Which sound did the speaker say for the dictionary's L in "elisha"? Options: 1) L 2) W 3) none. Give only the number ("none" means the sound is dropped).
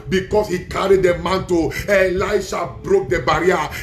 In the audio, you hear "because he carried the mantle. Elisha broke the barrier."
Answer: 3